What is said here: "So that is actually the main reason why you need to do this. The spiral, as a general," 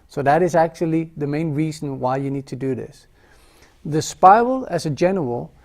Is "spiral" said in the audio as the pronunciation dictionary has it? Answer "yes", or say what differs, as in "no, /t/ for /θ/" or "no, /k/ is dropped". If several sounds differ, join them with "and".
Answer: no, /ɹ/ is dropped